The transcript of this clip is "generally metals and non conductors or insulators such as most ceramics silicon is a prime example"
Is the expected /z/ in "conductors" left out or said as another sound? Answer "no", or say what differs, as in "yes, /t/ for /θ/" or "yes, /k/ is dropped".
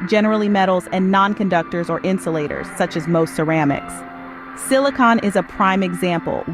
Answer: no